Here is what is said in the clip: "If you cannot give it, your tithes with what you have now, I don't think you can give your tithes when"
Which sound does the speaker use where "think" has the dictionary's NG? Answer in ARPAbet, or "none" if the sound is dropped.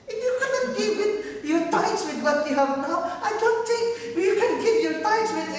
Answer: none